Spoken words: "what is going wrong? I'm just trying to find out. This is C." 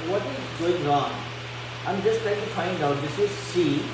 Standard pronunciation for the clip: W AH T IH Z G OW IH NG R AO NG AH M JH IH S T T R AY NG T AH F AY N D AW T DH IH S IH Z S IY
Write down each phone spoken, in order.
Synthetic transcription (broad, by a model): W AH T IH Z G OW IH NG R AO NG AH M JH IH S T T AY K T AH F AY N D AW T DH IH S IH Z S IY